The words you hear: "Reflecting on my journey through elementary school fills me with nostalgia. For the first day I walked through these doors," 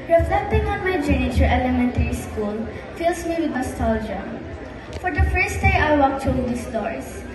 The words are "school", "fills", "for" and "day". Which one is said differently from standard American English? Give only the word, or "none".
fills